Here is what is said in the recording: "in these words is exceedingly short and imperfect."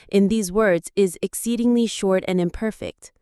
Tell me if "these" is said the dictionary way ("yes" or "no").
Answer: yes